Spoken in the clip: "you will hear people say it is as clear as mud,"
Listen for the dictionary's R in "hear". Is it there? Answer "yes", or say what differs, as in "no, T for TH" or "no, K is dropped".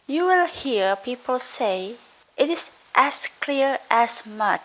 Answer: yes